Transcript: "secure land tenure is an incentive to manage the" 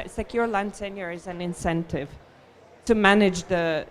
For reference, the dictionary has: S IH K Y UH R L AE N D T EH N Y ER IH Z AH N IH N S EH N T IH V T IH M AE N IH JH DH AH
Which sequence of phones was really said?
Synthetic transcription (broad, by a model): S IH K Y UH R L AE N D S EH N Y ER IH Z AH N IH N S EH N T IH V T IH M AE N IH JH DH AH